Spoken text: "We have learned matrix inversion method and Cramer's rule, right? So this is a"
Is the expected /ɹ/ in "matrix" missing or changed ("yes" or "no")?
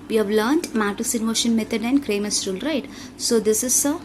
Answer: yes